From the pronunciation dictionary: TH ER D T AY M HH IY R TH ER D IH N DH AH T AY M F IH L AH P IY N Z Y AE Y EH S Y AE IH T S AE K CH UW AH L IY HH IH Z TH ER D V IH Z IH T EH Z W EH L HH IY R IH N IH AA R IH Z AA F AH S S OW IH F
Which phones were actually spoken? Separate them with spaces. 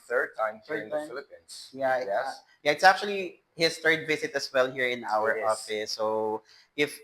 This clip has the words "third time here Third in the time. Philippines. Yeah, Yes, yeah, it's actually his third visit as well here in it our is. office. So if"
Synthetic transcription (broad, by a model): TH ER D T AY M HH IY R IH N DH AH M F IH L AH P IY N S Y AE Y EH Y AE IH T S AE K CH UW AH L IY HH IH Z TH ER D V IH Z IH T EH S W EH L HH IY R IH N AA W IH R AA F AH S S OW IH F